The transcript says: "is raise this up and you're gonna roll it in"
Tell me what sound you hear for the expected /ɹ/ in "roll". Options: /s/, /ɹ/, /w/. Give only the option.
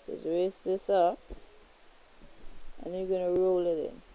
/ɹ/